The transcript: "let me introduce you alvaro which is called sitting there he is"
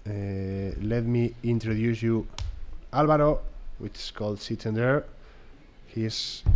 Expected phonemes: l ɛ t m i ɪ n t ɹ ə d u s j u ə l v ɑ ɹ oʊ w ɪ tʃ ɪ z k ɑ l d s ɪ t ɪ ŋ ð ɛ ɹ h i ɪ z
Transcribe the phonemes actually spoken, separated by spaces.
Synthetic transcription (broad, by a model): l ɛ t m i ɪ n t ɹ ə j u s j u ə l b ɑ ɹ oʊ w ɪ tʃ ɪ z k ɑ l d s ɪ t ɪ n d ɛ ɹ h i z